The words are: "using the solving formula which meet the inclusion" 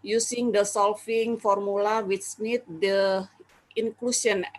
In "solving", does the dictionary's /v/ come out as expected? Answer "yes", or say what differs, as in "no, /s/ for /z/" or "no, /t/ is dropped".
no, /f/ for /v/